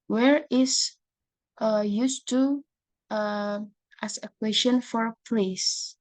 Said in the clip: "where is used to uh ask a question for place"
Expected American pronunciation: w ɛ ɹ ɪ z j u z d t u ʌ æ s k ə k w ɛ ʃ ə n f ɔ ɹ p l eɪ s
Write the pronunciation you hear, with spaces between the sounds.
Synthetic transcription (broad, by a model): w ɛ ɹ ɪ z j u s t u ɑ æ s ə k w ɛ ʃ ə n f ɔ ɹ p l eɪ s